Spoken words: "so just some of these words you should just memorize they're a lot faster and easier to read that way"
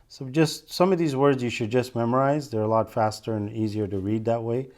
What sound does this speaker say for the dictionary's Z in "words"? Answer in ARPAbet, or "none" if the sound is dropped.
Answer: Z